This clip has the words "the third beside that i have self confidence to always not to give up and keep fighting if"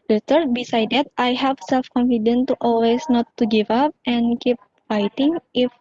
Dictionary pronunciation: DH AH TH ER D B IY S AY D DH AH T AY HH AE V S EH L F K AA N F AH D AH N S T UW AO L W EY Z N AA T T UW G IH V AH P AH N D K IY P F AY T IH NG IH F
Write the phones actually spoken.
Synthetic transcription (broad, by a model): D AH T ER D B IY S AY D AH T AY HH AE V S EH L F K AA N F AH D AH N T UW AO L W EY S N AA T T UW G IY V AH P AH N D K IY P F AY T IH NG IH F